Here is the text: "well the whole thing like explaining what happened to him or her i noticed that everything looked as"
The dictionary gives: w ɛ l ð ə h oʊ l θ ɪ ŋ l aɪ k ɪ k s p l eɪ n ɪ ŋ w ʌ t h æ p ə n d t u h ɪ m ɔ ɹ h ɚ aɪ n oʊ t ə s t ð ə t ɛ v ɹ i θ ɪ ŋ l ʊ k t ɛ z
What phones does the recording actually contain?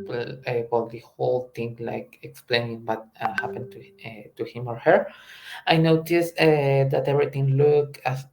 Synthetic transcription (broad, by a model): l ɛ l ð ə h oʊ l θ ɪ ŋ l aɪ k ɪ k s p l eɪ n ɪ ŋ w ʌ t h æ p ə n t t u h ɪ m ɔ ɹ h ɚ aɪ n oʊ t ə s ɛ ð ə t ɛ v ɹ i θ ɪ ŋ l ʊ k ɑ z